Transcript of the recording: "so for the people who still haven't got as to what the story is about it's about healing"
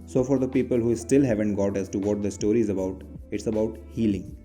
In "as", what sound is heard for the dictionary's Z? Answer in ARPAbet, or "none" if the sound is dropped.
S